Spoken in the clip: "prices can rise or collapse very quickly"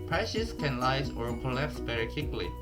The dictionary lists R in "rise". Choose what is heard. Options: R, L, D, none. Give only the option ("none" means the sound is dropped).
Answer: L